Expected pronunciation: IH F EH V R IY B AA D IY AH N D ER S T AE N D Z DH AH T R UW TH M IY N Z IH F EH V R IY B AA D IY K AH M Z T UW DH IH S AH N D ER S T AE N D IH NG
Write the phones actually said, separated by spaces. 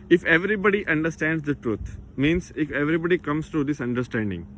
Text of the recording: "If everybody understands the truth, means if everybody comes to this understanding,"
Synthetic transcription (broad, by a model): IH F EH V R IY B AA D IY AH N D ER S T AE N D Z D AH T R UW T M IY N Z IH F EH V R IY B AA D IY K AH M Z T UW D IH S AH N D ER S T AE N D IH NG